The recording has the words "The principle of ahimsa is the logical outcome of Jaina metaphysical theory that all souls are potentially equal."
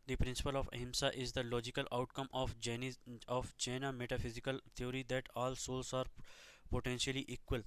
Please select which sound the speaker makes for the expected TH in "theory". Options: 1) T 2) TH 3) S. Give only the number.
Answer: 1